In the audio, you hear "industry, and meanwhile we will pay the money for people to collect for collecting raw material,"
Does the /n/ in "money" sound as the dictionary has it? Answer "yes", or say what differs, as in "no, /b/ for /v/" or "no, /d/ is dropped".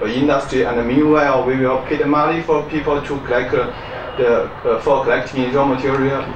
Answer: no, /l/ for /n/